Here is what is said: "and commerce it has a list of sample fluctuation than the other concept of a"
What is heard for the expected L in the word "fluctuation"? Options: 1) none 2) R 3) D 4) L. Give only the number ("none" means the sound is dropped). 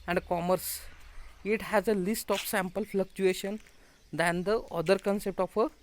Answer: 4